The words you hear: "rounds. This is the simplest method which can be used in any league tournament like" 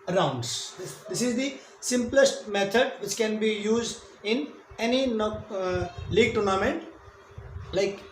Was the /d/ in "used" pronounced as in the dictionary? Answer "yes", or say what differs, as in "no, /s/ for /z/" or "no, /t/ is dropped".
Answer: yes